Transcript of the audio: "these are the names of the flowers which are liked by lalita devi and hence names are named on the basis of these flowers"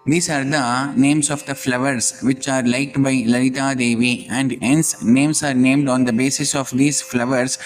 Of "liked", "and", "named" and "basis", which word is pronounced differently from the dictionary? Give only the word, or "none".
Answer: liked